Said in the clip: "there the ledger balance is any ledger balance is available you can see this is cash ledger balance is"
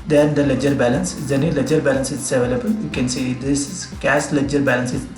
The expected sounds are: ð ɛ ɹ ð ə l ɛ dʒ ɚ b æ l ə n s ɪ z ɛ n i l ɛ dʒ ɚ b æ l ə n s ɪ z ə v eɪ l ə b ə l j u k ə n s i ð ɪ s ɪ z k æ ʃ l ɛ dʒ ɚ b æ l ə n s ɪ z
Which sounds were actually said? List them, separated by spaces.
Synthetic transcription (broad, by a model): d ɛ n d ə l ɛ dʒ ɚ b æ l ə n s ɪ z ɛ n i l ɛ dʒ ɚ b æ l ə n s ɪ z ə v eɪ l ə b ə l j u k ə n s i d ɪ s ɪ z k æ s l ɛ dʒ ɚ b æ l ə n s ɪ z